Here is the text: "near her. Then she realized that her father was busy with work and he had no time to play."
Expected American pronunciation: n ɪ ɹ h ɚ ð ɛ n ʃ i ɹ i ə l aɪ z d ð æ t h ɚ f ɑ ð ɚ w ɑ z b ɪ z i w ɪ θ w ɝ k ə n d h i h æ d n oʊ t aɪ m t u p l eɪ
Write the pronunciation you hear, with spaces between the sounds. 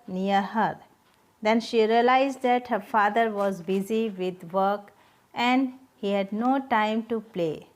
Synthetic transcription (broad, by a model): n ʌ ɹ h ɚ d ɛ n ʃ i ɹ i ə l aɪ z d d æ t h ɚ f ɑ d ɚ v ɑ z b ɪ z i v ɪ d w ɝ k ə n d h i h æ d n oʊ t aɪ m t u p l eɪ